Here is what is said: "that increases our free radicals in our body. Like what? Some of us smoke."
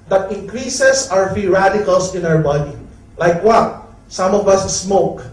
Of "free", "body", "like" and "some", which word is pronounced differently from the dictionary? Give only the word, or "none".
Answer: free